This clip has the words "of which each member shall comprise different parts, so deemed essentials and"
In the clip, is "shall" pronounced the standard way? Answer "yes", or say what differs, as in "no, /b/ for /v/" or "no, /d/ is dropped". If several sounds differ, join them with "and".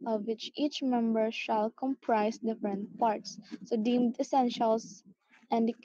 yes